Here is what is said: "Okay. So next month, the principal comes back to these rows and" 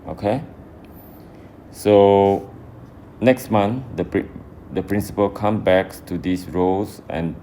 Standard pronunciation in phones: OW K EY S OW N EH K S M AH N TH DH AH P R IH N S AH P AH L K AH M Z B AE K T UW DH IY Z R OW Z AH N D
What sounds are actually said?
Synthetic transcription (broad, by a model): OW K EY S OW N EH K S M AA N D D AH P R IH N S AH P AH L K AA M B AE K T UW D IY S R OW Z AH N